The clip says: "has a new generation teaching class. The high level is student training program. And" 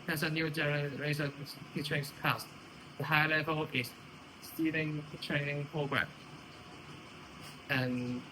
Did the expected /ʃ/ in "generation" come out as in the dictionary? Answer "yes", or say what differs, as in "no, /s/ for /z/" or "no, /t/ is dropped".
no, /s/ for /ʃ/